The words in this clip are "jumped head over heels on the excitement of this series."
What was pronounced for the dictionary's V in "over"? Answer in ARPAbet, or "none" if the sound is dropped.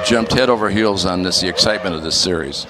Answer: V